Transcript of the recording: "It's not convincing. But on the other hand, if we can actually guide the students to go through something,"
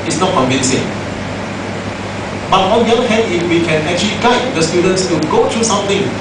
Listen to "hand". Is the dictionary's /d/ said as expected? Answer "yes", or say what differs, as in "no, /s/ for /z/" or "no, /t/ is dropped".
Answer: no, /d/ is dropped